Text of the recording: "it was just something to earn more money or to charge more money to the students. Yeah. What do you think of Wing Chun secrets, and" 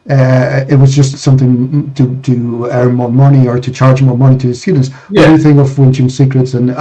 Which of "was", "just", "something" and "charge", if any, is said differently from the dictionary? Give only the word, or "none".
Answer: none